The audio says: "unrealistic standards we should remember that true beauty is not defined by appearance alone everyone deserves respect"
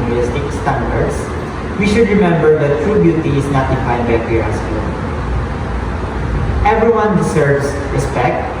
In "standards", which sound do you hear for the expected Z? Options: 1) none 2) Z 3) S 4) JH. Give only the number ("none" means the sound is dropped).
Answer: 3